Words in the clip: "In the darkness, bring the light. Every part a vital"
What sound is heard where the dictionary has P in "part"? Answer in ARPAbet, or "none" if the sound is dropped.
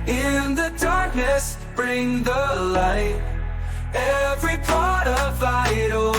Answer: P